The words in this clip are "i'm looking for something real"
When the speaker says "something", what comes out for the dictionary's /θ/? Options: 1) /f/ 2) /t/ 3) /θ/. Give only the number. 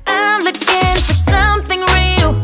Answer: 3